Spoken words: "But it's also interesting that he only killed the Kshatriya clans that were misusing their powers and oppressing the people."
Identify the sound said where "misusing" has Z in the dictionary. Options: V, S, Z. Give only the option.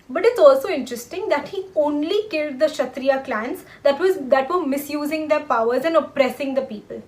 Z